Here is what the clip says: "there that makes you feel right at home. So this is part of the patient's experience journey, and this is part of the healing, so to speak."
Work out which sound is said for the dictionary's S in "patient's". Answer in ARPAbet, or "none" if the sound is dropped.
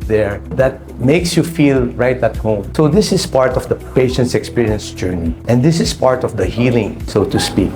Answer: S